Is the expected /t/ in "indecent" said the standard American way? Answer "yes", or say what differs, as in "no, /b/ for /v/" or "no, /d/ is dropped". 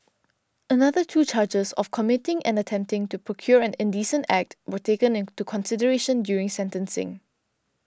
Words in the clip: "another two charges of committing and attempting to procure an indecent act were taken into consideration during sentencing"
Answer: yes